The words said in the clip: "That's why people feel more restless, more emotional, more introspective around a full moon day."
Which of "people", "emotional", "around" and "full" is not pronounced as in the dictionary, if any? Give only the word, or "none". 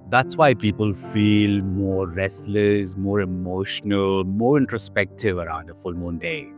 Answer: none